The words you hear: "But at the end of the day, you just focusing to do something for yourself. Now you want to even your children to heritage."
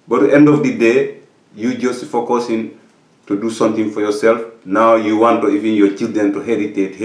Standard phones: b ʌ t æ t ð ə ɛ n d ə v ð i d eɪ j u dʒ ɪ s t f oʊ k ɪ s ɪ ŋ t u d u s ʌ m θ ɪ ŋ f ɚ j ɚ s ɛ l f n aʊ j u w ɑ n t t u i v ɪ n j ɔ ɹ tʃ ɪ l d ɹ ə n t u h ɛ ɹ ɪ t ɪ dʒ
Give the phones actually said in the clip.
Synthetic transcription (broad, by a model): b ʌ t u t ɛ n d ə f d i d eɪ j u dʒ ɪ s t f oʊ k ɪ s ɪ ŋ t u d u s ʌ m t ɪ ŋ f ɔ j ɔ s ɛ l f n aʊ j u w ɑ n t t u i v ɪ n j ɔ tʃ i l d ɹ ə n t u h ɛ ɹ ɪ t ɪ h